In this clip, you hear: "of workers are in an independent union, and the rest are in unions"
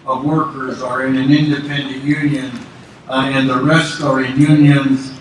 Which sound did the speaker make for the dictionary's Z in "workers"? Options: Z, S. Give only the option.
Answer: Z